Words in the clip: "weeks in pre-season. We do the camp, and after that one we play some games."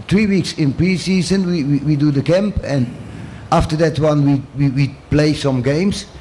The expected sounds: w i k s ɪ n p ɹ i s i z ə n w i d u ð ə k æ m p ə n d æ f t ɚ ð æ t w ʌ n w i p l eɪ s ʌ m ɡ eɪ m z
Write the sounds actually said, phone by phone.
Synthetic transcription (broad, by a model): w i k s ɪ n p ɹ i s i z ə n w i d u ð ə k æ m p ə n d æ f t ɚ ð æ t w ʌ n w i p l eɪ s ʌ m ɡ eɪ m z